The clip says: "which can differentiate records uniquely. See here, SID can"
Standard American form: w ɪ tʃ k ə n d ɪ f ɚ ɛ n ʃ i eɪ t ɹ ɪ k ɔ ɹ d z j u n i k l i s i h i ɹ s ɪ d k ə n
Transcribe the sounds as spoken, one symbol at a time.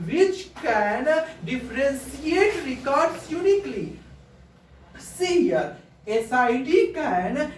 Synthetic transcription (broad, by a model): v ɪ tʃ k ə n d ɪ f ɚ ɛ n s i eɪ t ɹ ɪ k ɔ ɹ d s j u n i k l i s i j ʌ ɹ s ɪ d k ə n